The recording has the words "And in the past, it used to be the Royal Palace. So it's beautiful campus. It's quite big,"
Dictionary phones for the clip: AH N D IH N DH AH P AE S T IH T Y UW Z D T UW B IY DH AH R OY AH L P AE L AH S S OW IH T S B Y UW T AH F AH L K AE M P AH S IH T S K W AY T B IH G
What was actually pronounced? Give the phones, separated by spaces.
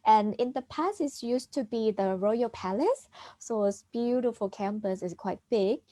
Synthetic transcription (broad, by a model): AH N IH N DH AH P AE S IH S Y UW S T UW B IY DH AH R OY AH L P AE L AH S S OW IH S B Y UW T AH F AH L K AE M P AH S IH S K W AY T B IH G